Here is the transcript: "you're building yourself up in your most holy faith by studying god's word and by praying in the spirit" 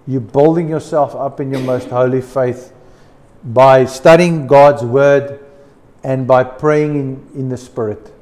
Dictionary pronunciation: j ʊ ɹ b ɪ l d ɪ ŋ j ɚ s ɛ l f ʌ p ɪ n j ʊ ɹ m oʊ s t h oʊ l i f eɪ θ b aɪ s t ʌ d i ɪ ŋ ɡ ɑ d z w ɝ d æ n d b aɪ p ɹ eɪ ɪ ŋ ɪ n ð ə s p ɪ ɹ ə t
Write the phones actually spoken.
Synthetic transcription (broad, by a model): j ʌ b ɪ l d ɪ ŋ j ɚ s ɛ l f ʌ p ɪ n j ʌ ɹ m oʊ s t h oʊ l i f eɪ θ b aɪ s t ʌ d i ɪ ŋ ɡ ɑ d z w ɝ d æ n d b aɪ p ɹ eɪ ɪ ŋ ɪ n ð ə s p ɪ ɹ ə t